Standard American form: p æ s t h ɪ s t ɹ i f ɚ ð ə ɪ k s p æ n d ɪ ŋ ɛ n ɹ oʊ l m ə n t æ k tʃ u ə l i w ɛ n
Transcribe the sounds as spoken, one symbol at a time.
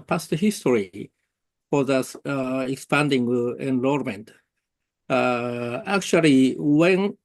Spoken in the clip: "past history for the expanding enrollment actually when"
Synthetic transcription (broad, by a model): p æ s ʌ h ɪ s t ɹ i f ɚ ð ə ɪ k s p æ n d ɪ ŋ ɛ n l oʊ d m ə n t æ k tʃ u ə l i w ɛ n